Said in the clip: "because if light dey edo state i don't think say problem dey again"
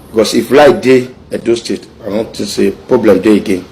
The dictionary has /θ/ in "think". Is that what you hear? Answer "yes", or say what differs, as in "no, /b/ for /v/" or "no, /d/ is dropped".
no, /t/ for /θ/